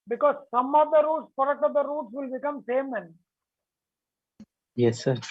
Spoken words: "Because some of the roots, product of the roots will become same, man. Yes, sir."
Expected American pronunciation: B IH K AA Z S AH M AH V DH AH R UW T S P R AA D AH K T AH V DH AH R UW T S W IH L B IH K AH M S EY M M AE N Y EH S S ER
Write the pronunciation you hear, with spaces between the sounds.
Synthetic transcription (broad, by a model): B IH K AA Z S AH M AH V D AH R UW T S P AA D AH T AH V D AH R UW T S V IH L B IH K AH M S EY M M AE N Y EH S S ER